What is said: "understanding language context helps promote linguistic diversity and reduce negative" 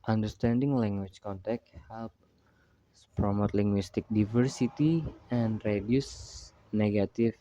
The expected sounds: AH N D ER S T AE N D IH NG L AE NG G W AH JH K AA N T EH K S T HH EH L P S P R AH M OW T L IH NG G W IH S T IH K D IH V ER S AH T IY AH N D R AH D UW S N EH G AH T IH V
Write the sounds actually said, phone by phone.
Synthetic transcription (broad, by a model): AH N D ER S T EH N D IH NG L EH NG G W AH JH K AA N T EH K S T HH EH L P S P R AH M OW T L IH NG G W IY S T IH K D IH V ER S AH T IY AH N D R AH D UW S N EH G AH T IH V